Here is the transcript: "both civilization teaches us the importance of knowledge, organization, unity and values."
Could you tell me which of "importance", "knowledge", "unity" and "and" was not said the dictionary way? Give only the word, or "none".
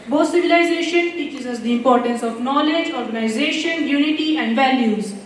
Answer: none